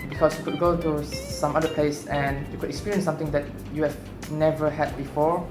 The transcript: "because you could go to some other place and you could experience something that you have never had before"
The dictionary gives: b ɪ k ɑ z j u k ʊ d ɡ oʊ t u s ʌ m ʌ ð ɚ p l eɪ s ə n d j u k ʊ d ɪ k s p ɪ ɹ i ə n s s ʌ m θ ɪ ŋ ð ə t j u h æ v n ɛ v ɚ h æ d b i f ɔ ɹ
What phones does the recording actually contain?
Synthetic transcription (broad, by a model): b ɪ k ɑ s j u k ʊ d ɡ oʊ t u s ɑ m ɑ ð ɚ p l eɪ s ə n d j u k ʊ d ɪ k s p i ɹ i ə n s s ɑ m t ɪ ŋ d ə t j u h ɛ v n ɛ v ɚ h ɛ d b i f ɔ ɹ